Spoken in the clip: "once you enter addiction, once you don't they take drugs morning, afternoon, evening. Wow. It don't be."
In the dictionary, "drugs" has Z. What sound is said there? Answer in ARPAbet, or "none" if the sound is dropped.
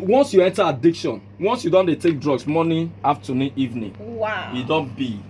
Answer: S